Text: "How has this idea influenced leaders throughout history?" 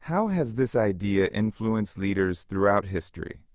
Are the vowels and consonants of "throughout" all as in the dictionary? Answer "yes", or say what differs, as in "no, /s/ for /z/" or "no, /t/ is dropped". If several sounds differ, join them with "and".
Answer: yes